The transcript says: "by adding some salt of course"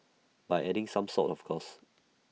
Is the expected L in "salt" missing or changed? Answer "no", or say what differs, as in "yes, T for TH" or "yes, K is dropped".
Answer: yes, L is dropped